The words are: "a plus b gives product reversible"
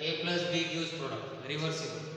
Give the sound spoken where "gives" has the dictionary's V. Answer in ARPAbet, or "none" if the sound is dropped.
none